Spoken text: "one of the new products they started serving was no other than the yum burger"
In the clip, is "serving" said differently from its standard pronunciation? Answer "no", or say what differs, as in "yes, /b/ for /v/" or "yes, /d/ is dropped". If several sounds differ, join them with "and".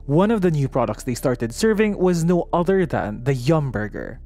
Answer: no